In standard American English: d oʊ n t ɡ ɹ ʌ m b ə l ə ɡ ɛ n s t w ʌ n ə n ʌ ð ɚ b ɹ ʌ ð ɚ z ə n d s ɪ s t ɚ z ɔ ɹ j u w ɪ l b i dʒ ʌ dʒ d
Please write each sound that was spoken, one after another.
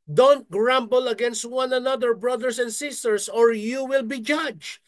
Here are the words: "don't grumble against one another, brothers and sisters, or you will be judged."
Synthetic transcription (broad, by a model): d oʊ n t ɡ ɹ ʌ m b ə l ə ɡ ɛ n s t w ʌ n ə n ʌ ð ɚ b ɹ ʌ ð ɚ s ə n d s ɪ s t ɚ s ɔ ɹ j u w ɪ l b i dʒ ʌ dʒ